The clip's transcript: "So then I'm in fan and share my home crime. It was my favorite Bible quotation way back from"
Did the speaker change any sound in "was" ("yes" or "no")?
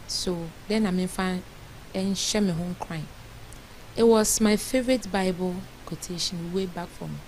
yes